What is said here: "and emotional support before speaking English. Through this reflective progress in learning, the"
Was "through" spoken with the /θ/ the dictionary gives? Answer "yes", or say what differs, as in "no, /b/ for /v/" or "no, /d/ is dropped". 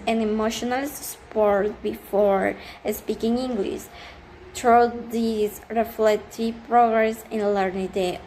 no, /t/ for /θ/